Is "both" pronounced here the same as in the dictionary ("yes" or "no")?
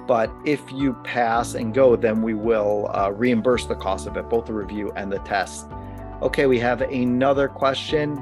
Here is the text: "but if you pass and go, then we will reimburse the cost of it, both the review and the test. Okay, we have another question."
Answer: yes